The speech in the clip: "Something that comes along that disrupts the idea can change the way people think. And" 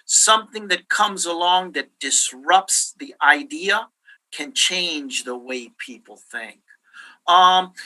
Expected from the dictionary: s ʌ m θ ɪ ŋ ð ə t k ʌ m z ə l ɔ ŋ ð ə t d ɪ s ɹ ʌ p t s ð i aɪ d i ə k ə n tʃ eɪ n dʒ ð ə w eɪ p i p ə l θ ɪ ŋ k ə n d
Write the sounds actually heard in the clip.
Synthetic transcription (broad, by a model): s ʌ m θ ɪ ŋ ð ə t k ʌ m z ə l ɔ ŋ ð ə t d ɪ s ɹ ʌ p t s ð i aɪ d i ə k ə n tʃ eɪ n dʒ ð ə w eɪ p i p l θ ɪ ŋ k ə